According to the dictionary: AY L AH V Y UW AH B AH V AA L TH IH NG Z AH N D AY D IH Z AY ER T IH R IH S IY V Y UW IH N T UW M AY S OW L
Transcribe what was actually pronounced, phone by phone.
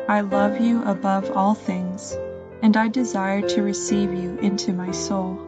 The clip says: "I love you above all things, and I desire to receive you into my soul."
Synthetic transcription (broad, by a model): AY L AH V Y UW AH B AH V AA L TH IH NG Z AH N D AY D IH Z AY ER T IH R IH S IY V Y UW IH N T UW M AY S OW L